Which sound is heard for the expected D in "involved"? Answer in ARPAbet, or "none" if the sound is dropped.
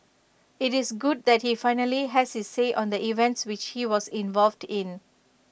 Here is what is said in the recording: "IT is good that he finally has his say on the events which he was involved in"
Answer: D